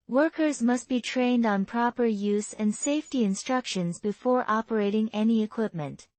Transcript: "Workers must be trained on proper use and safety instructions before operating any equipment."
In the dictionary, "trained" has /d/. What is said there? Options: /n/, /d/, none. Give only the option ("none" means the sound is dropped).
/d/